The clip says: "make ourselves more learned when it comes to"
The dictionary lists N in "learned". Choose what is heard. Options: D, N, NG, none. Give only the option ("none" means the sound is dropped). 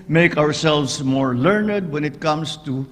N